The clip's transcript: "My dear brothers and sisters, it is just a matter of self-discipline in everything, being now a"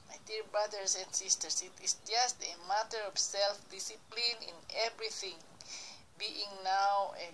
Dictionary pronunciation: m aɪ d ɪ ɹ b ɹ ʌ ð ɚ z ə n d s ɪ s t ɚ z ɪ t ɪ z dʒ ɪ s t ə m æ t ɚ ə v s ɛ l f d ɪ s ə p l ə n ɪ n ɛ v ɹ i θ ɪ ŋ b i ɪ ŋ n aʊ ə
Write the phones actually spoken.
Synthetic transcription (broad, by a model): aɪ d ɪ l b ɹ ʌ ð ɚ s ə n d s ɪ s t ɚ s ɪ t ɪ s dʒ ɪ s t ə m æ t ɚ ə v s ɛ l f d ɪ s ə p l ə n ɪ n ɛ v ɹ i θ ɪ ŋ b i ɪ ŋ n aʊ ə